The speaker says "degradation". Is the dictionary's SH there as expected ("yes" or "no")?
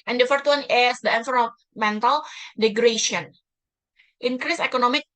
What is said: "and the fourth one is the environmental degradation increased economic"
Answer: no